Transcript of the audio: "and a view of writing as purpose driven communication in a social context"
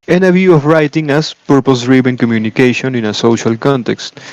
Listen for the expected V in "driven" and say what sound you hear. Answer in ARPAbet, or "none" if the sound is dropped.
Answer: B